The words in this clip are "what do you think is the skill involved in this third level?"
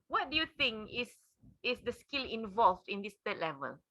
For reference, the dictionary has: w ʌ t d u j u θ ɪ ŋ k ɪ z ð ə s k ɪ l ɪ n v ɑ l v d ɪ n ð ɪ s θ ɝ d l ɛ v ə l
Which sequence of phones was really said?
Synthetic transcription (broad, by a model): w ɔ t d u j u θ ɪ ŋ k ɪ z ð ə s k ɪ l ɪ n v ɑ l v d ɪ n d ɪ s t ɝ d l ɛ v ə l